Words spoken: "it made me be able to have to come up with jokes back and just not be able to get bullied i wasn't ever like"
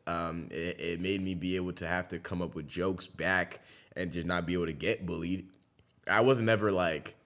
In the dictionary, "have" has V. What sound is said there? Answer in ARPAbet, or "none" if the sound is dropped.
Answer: F